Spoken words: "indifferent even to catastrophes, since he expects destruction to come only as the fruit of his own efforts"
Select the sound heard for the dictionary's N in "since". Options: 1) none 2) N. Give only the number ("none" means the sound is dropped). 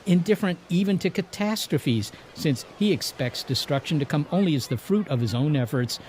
2